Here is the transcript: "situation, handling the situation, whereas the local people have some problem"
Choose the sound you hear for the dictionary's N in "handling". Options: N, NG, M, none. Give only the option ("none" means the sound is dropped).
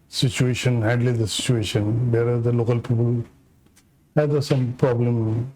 none